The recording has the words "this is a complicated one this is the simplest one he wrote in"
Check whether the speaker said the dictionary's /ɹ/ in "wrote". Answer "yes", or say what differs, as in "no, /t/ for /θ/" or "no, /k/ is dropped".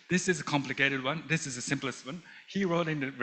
yes